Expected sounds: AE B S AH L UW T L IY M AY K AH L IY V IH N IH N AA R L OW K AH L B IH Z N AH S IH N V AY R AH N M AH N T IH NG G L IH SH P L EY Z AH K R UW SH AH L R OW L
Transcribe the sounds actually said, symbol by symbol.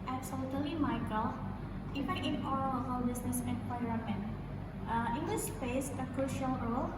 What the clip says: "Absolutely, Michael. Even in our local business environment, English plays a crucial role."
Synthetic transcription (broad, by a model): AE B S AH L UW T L IY M AY K AH L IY F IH IH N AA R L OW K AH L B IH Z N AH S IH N P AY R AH M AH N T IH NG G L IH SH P EY S AH K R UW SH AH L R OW L